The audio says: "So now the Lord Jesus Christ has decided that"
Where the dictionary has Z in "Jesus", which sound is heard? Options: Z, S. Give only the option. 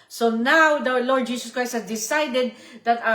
S